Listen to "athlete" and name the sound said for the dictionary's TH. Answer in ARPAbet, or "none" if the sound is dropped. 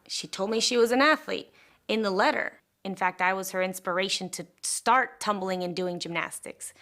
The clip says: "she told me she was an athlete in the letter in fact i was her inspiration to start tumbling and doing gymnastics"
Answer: TH